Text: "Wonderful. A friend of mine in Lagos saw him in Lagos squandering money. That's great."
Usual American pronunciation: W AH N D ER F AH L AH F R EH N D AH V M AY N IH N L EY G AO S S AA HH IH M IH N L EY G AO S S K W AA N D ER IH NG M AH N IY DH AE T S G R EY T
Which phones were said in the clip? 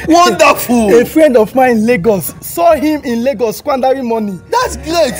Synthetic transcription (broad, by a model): W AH N D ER F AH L AH F R EH N D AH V M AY IH N L EY G AO S S AA HH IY M IH N L EY G AO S S K W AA N D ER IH M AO N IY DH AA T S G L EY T